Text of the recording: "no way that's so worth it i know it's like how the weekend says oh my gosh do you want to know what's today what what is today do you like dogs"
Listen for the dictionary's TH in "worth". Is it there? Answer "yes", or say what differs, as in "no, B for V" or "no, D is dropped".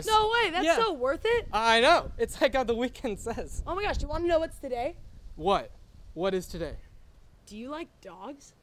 yes